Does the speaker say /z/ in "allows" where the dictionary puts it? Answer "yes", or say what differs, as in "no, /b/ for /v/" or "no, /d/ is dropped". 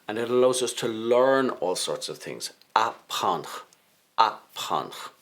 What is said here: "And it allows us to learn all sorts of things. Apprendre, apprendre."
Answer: yes